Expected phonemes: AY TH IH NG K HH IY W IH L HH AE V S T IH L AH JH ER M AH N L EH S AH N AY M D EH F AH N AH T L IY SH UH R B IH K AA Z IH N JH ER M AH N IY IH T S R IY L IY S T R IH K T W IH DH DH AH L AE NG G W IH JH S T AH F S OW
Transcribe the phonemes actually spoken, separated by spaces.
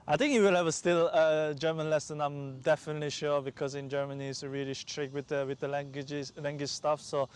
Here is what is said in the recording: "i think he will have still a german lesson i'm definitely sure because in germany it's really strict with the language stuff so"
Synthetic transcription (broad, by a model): AY TH IH NG K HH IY W IH L HH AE V S T IH L AH JH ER M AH N L EH S AH N AY M D EH F AH N AH T L IY SH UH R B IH K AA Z IH N JH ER M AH N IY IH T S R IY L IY SH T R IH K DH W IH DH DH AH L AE NG G W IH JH S T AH F S OW